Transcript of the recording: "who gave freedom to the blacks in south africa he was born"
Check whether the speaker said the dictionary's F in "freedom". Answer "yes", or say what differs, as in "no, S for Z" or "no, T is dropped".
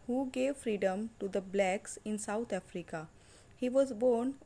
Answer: yes